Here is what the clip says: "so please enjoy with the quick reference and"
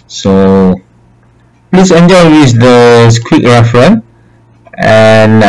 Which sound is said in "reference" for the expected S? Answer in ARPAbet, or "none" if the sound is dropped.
none